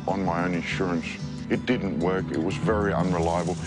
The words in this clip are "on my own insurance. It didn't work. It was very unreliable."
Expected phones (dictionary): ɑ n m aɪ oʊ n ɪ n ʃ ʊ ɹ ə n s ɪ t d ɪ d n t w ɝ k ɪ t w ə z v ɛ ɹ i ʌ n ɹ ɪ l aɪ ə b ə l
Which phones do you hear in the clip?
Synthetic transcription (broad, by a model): n m aɪ oʊ n ɪ n ʃ ʊ ɹ ə n s ɪ t d ɪ d n t w ɝ k ɪ t w ə z v ɛ ɹ i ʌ n ɹ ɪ l aɪ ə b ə l